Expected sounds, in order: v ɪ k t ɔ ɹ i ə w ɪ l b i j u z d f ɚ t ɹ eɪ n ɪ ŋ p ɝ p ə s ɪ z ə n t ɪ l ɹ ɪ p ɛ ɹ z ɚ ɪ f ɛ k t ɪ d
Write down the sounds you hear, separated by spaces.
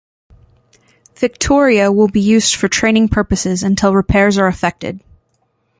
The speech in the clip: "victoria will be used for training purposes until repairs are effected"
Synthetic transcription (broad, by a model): v ɪ k t ɔ ɹ i ə w ɪ l b i j u z d f ɚ t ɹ eɪ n ɪ ŋ p ɝ p ə s ɪ z ə n t ɪ l ɹ ɪ p ɛ ɹ z ɚ ɪ f ɛ k t ɪ d